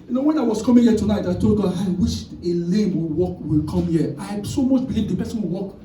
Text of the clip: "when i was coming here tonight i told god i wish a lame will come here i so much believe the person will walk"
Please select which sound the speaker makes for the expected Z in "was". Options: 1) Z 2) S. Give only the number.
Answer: 2